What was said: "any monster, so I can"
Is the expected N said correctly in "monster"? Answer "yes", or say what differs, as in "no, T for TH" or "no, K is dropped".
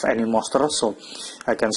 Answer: no, N is dropped